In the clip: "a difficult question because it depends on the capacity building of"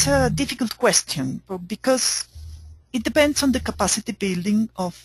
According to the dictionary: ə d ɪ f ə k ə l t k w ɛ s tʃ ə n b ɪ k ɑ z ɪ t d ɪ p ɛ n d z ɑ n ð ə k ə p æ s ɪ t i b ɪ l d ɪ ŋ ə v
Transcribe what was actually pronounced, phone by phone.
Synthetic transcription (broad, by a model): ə d ɪ f ə k ə l t k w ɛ s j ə n b ɪ k ɑ z ɪ t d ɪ p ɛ n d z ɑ n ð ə k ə p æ s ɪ t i b ɪ l d ɪ ŋ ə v